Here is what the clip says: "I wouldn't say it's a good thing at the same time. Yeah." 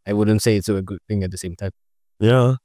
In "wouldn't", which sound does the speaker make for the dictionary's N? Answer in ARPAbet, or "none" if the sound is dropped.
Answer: N